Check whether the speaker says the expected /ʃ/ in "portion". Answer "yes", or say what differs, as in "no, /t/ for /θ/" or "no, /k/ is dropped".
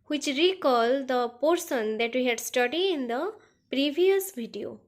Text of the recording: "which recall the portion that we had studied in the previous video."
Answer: no, /s/ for /ʃ/